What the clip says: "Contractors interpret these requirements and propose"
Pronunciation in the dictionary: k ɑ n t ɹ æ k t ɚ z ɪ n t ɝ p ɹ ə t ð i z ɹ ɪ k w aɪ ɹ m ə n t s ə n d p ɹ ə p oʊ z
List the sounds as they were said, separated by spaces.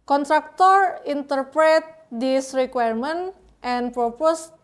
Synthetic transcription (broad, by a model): k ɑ n t ɹ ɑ k t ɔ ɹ ɪ n t ɝ p ɹ ə t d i s ɹ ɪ k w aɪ ɹ m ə n t ə n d p ɹ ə p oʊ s